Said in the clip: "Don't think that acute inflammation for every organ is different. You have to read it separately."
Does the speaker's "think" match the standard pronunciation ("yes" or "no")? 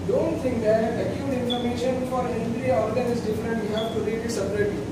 no